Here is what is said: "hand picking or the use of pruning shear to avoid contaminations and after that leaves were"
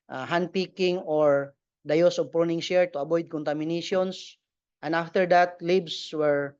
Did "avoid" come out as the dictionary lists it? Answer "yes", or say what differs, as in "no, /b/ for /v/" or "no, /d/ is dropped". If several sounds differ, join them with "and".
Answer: no, /b/ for /v/